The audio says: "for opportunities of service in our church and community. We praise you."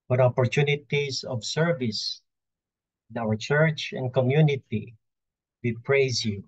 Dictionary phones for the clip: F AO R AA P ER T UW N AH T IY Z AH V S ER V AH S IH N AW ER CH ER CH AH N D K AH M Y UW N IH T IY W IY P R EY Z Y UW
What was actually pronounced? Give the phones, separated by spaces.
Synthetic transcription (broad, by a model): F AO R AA P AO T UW N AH T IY S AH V S ER V AH S IH N AW ER CH ER CH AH N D K AH M Y UW N IH T IY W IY P R EY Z Y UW